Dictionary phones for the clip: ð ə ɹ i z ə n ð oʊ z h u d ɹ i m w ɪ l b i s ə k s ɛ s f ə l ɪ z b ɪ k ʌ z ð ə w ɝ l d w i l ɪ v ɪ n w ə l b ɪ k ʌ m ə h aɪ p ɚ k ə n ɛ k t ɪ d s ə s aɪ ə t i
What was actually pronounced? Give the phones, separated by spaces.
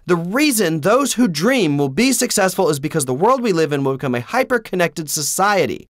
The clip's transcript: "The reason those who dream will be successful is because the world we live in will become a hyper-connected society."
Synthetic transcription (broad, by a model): ð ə ɹ i z ə n ð oʊ z h u d ɹ i m w ɪ l b i s ə k s ɛ s f ə l ɪ z b ɪ k ʌ z ð ə w ɝ l d w i l ɪ v ɪ n w ə l b ɪ k ʌ m ə h aɪ p ɚ k ə n ɛ k t ɪ d s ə s aɪ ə t i